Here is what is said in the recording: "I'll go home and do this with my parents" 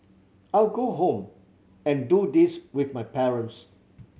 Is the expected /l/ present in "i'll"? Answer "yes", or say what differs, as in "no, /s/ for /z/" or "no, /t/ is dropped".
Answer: yes